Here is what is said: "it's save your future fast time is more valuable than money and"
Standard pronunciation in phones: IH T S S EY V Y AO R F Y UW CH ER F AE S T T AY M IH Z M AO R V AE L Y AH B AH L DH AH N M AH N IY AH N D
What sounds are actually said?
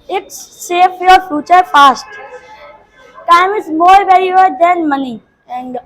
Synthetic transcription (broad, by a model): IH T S S EY F Y AO R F Y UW CH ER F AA S T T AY M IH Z M AO R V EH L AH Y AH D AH N M AH N IY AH N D